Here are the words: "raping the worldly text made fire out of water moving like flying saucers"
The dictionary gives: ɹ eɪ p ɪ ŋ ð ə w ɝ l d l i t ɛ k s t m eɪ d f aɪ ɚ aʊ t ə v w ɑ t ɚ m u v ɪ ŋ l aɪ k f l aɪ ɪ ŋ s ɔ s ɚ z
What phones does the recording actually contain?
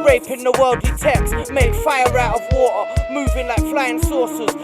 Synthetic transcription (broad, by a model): ɹ eɪ p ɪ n ð ə w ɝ l d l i t ɛ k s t m eɪ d f aɪ ɚ aʊ t ə v w ɑ t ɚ m u v ɪ ŋ l aɪ k f l aɪ ɪ ŋ s ɔ s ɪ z